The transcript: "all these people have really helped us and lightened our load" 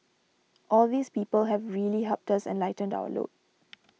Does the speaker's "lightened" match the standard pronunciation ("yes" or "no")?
yes